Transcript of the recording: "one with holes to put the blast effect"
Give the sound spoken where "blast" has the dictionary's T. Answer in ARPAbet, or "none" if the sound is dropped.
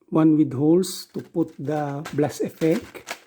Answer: none